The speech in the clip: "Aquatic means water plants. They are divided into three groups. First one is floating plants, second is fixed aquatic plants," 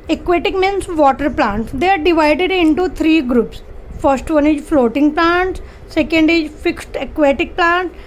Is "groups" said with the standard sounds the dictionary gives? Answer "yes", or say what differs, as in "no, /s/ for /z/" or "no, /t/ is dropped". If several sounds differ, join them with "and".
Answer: yes